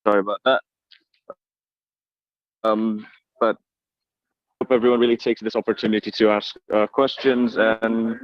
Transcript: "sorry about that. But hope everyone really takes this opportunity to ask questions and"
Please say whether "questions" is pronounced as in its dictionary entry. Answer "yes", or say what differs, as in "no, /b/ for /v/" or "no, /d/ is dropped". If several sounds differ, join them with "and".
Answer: yes